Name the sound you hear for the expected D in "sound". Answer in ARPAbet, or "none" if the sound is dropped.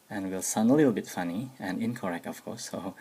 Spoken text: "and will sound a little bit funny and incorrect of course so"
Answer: none